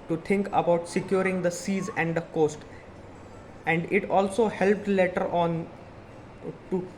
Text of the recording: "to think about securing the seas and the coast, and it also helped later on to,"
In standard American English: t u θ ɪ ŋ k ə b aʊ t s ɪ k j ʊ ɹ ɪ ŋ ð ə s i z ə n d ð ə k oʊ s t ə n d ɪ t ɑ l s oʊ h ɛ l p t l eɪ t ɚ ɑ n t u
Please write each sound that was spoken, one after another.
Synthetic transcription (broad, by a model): t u t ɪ ŋ k ə b aʊ t s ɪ k j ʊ ɹ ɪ ŋ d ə s i z ə n d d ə k oʊ s t ə n d ɪ t ɑ l s oʊ h ɛ l p t l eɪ t ɚ ɑ n t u